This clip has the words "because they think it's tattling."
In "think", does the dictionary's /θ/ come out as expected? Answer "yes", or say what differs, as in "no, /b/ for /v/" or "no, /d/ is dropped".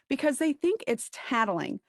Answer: yes